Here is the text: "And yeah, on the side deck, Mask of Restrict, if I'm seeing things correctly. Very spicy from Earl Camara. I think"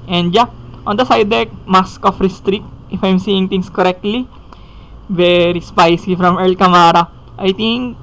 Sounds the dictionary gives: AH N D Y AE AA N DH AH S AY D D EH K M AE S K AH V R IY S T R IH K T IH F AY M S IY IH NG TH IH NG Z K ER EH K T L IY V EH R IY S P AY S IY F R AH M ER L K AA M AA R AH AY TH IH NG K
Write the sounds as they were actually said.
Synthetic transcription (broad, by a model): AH N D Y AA AA N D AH S AY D D EH K M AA S K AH F R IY S T R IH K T IH F AY M S IY IH NG T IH NG S K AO EH K T L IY V EH R IY S P AY S IY F R AH M ER L K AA M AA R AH AY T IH NG K